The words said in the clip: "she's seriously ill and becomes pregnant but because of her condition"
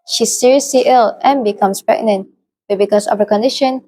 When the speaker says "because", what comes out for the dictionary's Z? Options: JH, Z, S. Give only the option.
S